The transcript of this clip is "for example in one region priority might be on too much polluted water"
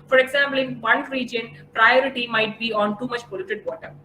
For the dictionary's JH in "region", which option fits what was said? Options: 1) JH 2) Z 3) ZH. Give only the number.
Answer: 1